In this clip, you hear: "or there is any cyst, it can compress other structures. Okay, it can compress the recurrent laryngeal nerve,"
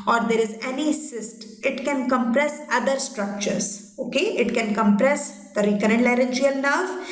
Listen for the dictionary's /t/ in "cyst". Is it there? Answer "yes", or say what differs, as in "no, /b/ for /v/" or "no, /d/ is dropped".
yes